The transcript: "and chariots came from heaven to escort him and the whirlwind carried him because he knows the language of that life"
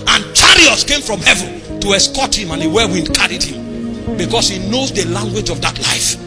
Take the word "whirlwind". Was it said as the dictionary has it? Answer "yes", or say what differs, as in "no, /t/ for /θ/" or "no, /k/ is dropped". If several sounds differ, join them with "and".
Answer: no, /l/ is dropped